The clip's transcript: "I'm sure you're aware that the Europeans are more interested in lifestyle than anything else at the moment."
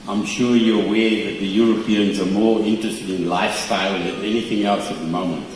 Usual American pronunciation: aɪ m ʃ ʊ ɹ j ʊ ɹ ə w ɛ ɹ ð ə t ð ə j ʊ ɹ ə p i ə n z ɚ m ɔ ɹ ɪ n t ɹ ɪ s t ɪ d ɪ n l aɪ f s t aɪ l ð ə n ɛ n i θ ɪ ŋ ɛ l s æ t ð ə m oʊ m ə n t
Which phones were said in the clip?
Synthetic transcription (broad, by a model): aɪ m ʃ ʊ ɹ j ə w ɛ ð ə t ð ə j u ɹ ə p i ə n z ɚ m ɔ ɹ ɪ n t ɹ ɪ s t ɪ d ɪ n l aɪ f s t aɪ l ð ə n ɛ n i θ ɪ ŋ ɛ l s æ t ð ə m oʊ m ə n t